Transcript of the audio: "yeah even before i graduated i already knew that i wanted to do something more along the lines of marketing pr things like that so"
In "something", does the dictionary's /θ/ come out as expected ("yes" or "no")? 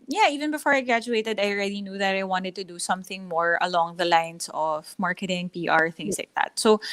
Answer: yes